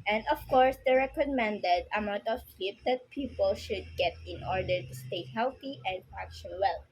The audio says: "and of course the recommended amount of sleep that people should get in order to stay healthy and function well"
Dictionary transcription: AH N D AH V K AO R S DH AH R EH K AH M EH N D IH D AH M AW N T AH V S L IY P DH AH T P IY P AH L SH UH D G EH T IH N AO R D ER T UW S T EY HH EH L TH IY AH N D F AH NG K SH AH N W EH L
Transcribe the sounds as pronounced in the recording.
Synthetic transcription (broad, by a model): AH N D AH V K AO R S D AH R EH K AH M EH N D IH D AH M AW N T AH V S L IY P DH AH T P IY P AH L SH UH D G EH T IH N AO R D ER T UW S T EY HH EH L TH IY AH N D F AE K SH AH N W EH L